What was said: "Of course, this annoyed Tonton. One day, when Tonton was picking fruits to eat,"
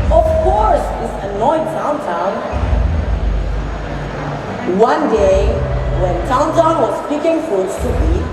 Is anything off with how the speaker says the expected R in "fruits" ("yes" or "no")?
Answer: yes